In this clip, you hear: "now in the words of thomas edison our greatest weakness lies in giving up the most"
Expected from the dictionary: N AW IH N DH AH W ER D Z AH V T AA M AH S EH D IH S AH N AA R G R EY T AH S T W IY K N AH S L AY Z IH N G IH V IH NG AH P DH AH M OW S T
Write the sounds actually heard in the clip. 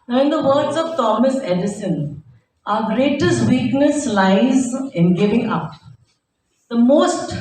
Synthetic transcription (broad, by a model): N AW IH N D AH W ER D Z AH V T AA M AH S EH D IH S AH N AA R G R EY T AH S T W IY K N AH S L AY Z IH N G IH V IH NG AH P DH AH M OW S T